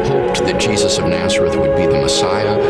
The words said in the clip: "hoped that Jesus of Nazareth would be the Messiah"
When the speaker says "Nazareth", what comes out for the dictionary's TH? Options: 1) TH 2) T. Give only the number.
1